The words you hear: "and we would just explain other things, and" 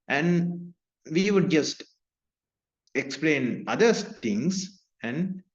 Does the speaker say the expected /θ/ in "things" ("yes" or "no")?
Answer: no